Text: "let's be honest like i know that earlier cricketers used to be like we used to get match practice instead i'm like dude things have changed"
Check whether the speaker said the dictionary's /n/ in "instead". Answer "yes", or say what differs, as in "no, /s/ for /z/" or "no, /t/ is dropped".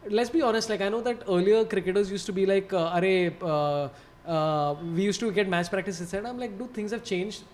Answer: no, /n/ is dropped